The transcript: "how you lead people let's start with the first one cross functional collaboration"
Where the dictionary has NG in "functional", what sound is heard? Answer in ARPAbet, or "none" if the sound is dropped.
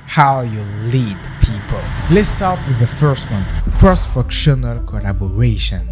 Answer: none